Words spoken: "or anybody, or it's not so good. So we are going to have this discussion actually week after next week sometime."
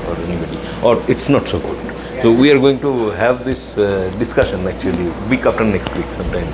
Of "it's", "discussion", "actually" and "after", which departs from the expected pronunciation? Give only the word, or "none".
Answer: after